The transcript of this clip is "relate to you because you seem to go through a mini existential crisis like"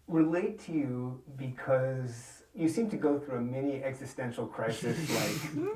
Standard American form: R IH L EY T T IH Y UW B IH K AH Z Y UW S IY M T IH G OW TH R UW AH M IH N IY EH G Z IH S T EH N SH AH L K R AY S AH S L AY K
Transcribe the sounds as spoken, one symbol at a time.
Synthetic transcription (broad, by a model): R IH L EY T T IH Y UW B IH K AH Z Y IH S IY M T IH G OW TH R UW AH M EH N IY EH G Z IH S T EH N SH L K R AY S AH S L AY K